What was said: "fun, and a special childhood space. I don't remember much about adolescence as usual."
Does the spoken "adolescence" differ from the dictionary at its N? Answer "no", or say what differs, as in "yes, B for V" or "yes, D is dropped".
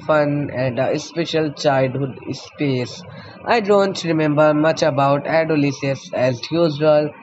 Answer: yes, N is dropped